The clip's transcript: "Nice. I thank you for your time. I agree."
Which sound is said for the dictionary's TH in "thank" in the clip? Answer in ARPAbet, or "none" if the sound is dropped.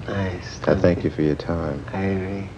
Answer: TH